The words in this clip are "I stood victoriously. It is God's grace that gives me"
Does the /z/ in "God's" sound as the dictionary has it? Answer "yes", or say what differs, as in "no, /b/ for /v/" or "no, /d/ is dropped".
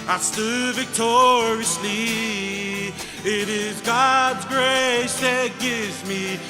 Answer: yes